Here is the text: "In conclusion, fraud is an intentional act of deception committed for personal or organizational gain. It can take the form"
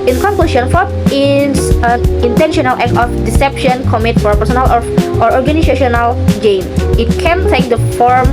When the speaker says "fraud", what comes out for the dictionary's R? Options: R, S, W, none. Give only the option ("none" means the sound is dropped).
none